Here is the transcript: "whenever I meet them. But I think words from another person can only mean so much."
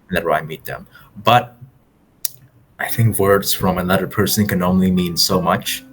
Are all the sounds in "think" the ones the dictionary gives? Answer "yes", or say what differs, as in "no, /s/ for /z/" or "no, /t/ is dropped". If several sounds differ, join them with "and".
yes